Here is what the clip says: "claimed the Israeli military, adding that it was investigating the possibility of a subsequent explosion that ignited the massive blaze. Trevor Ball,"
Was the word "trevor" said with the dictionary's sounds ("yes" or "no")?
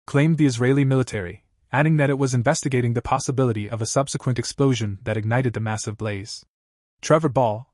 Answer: yes